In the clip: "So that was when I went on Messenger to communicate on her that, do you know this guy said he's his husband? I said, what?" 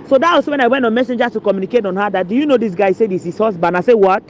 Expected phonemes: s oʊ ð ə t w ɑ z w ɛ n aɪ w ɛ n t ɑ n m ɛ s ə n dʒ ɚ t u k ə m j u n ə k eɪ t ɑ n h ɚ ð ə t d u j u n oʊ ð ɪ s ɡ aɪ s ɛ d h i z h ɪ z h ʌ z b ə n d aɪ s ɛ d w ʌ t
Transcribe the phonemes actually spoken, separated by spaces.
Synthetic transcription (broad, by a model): s oʊ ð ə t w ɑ s w ɛ n aɪ w ɛ n t ɑ n m ɛ s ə n dʒ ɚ t u k ə m j u n ə k eɪ t ɑ n h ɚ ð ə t d u j u n oʊ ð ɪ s ɡ aɪ s ɛ d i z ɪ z h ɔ s b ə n aɪ s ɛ w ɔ t